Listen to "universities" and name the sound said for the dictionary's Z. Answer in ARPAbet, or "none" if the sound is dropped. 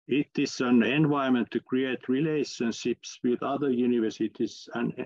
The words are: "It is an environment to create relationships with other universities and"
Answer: S